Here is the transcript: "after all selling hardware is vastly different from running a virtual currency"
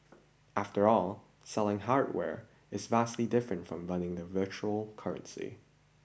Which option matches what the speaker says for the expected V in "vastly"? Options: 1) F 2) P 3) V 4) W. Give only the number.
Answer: 3